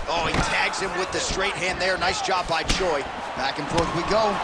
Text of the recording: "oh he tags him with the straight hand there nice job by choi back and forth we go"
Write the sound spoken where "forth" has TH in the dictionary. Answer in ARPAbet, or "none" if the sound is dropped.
TH